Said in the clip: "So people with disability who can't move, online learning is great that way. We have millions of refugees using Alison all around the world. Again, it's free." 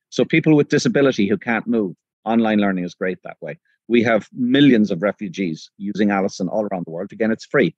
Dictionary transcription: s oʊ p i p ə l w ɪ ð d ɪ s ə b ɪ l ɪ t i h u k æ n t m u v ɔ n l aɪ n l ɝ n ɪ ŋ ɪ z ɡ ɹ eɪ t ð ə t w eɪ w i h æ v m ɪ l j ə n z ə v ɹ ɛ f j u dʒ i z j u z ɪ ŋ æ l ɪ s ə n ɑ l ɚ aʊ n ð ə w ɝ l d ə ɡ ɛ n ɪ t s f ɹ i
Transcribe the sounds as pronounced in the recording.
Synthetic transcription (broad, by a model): s oʊ p i p ə l w ɪ ð d ɪ s ə b ɪ l ɪ t i h u k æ n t m u v ɔ n l aɪ n l ɝ n ɪ ŋ ɪ z ɡ ɹ eɪ t ð ə t w eɪ w i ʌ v m ɪ l j ə n z ə v ɹ ɛ f j u dʒ i z j u z ɪ ŋ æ l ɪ s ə n ɑ l ɚ aʊ n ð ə w ɝ l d ə ɡ ɛ n ɪ t s f ɹ i